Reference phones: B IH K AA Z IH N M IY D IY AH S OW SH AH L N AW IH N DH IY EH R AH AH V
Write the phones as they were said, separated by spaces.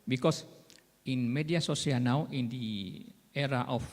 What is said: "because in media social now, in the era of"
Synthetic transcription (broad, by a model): B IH K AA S IH N M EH D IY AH S OW S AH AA N AW IH N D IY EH R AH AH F